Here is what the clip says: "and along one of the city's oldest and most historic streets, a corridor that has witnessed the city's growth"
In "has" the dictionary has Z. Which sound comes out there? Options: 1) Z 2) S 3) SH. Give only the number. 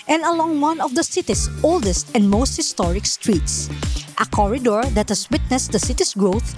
2